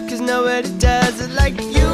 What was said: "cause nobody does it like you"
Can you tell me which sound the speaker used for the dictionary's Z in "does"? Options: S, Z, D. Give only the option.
Z